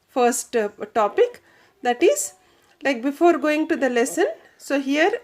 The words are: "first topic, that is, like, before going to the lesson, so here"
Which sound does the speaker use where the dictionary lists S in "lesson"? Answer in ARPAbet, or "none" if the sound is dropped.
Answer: S